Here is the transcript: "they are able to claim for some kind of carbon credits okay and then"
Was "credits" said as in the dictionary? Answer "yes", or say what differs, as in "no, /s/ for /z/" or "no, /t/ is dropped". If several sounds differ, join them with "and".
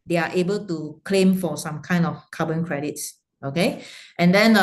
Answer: yes